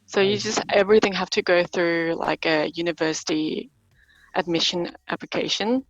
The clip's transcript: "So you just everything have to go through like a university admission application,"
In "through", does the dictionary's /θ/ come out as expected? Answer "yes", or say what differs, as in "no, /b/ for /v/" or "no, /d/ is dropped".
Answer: yes